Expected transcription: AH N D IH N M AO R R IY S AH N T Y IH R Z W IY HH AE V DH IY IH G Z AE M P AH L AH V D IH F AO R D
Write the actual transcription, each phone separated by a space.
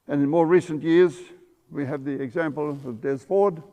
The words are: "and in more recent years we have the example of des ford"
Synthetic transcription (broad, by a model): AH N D IH N M AO R R IY S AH N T Y IH R Z W IY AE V DH IY IH G Z AE M P AH L AH V D IH F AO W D